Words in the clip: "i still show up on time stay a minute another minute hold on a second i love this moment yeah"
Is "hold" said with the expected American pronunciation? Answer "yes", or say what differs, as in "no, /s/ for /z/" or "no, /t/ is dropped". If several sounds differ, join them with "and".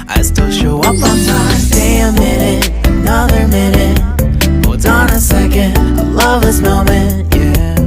no, /l/ is dropped